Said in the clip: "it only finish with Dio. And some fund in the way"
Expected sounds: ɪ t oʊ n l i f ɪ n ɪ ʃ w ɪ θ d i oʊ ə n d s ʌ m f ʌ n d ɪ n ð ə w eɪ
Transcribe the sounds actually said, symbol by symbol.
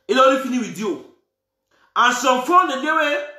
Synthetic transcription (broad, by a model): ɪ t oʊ l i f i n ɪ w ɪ d i oʊ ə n s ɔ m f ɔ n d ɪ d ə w eɪ